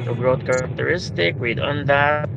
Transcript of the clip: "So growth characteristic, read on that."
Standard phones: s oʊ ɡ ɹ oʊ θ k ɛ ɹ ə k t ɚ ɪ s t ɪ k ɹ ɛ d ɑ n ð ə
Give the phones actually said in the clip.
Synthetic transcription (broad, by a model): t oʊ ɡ ɹ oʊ t k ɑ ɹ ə k t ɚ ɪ s t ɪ k w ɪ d ɑ n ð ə